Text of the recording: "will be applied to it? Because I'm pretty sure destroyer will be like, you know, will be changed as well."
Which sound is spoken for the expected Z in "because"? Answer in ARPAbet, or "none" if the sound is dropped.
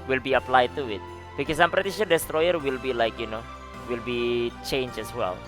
S